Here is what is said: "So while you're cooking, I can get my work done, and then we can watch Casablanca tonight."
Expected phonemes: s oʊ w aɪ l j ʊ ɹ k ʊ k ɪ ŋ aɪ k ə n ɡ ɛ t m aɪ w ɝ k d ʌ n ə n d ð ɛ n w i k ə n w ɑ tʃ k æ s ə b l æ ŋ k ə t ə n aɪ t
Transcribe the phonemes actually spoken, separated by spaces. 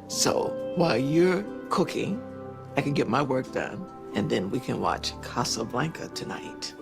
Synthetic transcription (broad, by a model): s oʊ w aɪ l j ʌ ɹ k ʊ k ɪ ŋ aɪ k ə n ɡ ɛ t m aɪ w ɝ k d ʌ n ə n ð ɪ n w i k ə n w ɑ tʃ k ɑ s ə b l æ ŋ k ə t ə n aɪ t